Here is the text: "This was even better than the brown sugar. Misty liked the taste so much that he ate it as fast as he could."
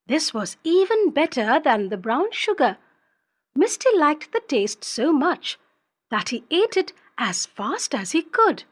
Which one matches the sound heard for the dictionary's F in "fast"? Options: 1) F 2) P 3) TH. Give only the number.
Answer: 1